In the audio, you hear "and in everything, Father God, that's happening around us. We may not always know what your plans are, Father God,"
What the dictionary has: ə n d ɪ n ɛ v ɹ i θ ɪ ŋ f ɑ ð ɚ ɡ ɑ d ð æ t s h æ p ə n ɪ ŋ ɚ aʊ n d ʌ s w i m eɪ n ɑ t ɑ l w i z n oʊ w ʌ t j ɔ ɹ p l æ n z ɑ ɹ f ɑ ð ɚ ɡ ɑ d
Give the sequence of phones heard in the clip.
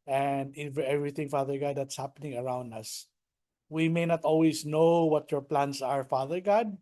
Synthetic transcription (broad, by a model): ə n d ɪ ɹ ɛ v ɹ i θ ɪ ŋ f ɑ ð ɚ ɡ ɑ d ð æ t s h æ p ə n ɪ ŋ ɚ aʊ n d ʌ s w i m eɪ n ɑ t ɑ l w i s n oʊ w ʌ t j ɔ ɹ p l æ n s ɑ ɹ f ɑ ð ɚ ɡ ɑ d